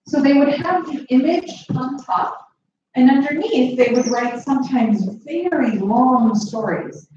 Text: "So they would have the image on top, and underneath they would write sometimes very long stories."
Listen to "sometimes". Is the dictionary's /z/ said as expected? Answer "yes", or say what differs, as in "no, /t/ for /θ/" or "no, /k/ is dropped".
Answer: yes